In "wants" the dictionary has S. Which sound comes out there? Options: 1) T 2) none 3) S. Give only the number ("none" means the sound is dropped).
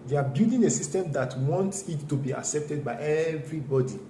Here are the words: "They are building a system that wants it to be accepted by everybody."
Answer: 3